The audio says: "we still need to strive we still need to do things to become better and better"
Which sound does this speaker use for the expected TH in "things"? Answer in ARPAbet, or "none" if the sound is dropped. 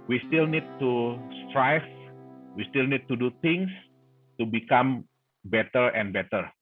T